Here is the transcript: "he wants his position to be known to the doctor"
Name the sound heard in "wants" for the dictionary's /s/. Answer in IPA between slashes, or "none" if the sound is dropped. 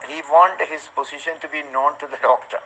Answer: none